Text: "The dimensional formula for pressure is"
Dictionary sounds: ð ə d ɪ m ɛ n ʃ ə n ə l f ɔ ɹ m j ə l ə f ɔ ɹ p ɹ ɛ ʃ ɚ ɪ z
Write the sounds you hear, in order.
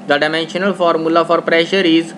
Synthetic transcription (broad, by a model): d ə d ɪ m ɛ n ʃ ə n ə l f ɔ ɹ m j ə l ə f ɔ ɹ p ɹ ɛ ʃ ɚ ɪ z